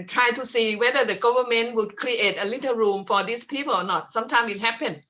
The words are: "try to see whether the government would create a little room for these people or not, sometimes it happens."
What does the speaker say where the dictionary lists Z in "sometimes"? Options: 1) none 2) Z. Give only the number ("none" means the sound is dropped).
1